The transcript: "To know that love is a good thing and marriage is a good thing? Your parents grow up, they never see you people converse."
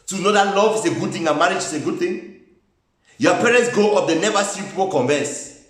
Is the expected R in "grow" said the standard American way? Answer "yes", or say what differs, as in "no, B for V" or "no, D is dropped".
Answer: no, R is dropped